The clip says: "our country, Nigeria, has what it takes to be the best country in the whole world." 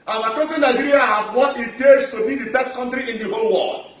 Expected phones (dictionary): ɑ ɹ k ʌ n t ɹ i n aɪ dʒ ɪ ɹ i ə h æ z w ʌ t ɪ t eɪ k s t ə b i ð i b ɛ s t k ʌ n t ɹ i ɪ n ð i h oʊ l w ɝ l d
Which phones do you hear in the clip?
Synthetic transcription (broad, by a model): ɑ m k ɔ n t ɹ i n aɪ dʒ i ɹ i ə h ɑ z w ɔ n ɪ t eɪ s t ə b i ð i b ɛ s t k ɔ n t ɹ i ɪ n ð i h oʊ l w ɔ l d